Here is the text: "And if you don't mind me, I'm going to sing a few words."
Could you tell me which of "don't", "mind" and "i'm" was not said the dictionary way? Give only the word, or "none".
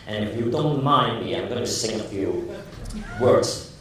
none